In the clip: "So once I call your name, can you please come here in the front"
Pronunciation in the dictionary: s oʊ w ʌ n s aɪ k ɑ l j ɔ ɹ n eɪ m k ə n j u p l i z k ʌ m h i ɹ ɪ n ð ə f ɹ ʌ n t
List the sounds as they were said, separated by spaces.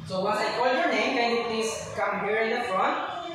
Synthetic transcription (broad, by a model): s oʊ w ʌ s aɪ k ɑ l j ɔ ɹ n eɪ m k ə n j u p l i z k ʌ m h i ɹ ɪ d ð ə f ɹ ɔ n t